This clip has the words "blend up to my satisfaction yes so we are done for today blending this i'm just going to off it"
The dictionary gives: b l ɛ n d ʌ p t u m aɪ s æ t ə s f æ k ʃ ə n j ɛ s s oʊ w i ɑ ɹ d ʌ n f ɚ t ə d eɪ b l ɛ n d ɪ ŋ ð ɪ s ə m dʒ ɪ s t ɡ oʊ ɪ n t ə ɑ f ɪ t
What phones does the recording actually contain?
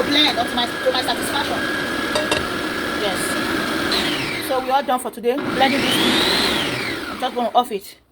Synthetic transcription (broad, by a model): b l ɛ n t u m t u m aɪ s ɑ t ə s f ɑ k ʃ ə n j ɛ s s oʊ w i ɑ l d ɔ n f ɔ t ə d eɪ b l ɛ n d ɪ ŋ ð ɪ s ə m dʒ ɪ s ɡ oʊ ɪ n t ɑ f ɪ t